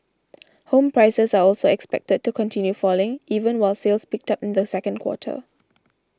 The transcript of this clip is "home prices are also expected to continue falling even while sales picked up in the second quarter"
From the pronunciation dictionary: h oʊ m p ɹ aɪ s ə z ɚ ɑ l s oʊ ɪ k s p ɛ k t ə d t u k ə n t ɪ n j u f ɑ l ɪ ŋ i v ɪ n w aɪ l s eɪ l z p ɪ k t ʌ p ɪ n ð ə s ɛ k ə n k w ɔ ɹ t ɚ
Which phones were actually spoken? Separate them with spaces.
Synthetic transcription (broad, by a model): h oʊ m p ɹ aɪ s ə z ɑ ɑ l s oʊ ɪ k s p ɛ k t ə d t u k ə n t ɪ n j u f ɑ l ɪ ŋ i v ɪ n w aɪ l s eɪ l s p ɪ k t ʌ p ɪ n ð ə s ɛ k ə n k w ɔ t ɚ